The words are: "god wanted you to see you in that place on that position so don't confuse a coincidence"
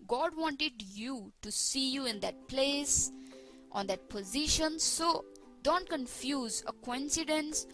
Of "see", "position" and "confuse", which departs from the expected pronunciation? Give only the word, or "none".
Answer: none